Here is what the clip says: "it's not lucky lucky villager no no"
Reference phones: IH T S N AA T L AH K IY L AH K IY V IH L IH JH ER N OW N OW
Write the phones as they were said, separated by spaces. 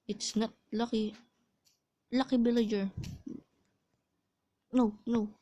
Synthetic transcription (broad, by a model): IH T S N AA T L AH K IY L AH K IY B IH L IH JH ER N OW N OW